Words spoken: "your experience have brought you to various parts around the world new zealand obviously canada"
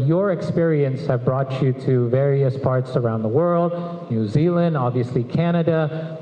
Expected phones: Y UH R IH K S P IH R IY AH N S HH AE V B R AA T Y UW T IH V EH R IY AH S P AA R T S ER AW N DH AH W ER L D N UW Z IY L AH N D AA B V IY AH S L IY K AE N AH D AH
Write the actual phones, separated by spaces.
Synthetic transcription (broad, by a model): Y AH R IH K S P IH R IY AH N S HH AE V B R AA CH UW T IH V EH R IY AH S P AA R T S ER AW N DH AH W ER L D N UW Z IY L AH N D AA B V IY AH S L IY K AE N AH D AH